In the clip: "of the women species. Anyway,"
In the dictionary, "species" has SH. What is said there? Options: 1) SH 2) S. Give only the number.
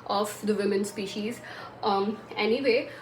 1